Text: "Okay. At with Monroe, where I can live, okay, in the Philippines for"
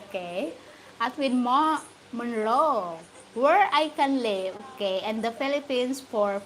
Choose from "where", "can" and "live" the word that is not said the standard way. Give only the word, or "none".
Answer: live